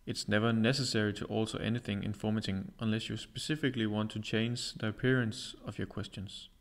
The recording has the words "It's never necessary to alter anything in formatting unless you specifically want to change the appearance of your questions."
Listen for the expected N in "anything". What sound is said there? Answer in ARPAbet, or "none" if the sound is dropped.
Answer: N